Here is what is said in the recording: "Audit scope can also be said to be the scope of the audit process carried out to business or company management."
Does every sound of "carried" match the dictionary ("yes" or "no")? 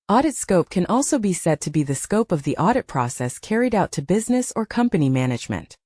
yes